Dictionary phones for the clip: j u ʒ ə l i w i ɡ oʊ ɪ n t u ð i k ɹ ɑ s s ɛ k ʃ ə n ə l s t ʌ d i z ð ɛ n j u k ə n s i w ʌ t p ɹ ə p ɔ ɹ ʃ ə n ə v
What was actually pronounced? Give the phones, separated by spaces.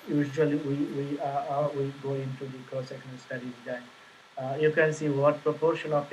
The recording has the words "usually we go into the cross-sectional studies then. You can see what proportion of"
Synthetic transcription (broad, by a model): j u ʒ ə l i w i ɡ oʊ ɪ n t u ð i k ɑ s s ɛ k ə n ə s t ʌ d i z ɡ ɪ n j u k ə n s i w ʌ t p ɹ ə p ɔ ɹ ʃ ə n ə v